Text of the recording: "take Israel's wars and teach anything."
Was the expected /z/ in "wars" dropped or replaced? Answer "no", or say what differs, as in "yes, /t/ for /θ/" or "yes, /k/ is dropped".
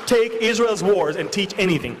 no